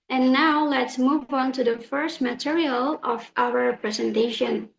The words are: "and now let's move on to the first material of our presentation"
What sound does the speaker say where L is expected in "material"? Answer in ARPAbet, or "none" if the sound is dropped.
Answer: L